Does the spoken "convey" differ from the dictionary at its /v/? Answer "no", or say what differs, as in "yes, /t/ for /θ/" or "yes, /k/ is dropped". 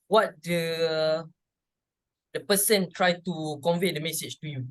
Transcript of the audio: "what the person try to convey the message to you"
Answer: no